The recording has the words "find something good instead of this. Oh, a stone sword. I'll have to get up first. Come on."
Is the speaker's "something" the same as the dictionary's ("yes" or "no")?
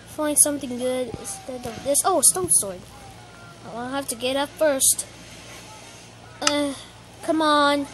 yes